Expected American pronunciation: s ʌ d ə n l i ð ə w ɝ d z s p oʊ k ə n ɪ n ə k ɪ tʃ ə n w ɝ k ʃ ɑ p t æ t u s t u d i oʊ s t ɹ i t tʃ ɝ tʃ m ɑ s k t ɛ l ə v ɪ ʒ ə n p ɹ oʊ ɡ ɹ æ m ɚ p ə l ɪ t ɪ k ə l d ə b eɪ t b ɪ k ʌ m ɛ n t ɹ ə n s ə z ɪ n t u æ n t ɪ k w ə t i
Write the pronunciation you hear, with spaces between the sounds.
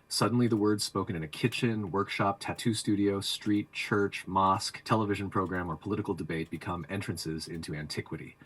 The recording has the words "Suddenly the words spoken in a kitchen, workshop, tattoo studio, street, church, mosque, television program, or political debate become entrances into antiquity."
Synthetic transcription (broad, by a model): s ʌ d n l i ð ə w ɝ d z s p oʊ k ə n ɪ n ə k ɪ tʃ ə n w ɝ k ʃ ɑ p t æ t u s t u d i oʊ s t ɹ i t tʃ ɝ tʃ m ɑ s k t ɛ l ə v ɪ ʒ ə n p ɹ oʊ ɡ ɹ æ m ɚ p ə l ɪ t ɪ k l d ə b eɪ t b ɪ k ʌ m ɛ n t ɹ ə n s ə z ɪ n t u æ n t ɪ k w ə t i